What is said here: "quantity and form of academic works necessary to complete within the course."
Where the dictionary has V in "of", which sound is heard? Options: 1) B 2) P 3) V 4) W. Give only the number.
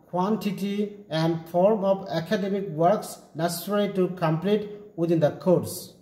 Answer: 2